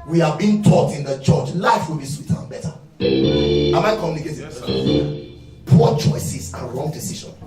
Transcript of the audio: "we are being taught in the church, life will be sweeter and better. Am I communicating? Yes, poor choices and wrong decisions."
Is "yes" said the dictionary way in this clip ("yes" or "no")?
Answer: no